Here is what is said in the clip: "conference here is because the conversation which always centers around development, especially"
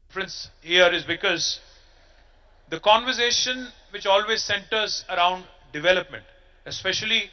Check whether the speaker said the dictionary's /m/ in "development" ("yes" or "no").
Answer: yes